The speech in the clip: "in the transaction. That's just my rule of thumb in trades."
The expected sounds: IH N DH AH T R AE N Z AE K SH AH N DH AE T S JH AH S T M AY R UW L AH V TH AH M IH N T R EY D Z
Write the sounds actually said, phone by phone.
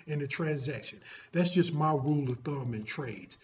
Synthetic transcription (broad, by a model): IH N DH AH T R AE N Z AE K SH AH N DH AE T S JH AH S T M AY R UW L AH V TH AH M IH N T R EY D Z